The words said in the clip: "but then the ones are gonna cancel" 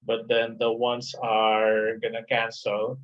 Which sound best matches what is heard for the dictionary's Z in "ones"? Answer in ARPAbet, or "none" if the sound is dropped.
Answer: S